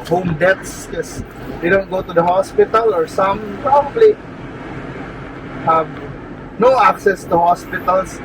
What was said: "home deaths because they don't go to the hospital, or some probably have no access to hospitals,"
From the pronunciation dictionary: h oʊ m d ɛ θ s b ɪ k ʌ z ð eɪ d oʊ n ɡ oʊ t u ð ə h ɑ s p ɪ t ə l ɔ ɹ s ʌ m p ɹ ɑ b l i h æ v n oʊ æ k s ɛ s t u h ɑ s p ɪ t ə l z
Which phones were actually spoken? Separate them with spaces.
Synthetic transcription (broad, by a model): h oʊ m d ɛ t s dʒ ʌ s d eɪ d oʊ n ɡ oʊ t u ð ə h ɑ s p ɪ t ə l ɔ ɹ s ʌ m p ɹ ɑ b l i h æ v n oʊ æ k s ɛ s t u h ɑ s p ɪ t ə l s